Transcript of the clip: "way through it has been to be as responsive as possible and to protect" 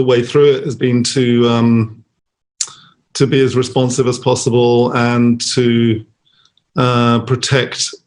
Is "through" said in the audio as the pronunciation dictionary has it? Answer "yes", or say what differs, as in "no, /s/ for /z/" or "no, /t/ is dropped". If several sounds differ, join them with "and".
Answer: yes